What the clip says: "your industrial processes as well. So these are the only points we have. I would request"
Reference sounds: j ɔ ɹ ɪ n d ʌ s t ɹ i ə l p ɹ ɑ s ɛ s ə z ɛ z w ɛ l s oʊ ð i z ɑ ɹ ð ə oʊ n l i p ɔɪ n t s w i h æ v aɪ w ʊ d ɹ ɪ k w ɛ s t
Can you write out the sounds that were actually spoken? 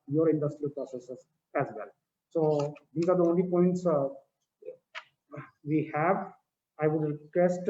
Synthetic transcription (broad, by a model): j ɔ ɹ ɪ n d ʌ s t ɹ i ə l p ɹ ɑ s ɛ s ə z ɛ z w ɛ l s oʊ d i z ɑ ɹ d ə oʊ n l i p ɔɪ n t s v i h æ v aɪ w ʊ d ɹ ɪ k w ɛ s t